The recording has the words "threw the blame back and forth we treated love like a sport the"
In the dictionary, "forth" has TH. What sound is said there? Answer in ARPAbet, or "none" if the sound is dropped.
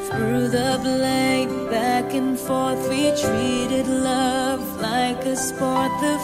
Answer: TH